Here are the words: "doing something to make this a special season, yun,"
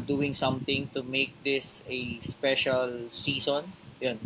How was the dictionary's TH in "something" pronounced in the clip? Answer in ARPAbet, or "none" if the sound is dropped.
T